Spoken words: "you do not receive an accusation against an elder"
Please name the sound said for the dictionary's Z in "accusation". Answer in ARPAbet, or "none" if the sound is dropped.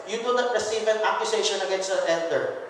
S